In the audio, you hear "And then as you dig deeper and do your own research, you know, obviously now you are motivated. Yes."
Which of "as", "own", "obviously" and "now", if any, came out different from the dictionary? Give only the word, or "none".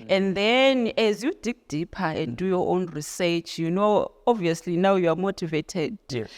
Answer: none